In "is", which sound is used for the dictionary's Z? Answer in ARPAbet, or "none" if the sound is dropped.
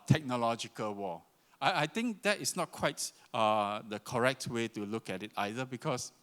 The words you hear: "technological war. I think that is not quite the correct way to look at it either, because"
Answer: S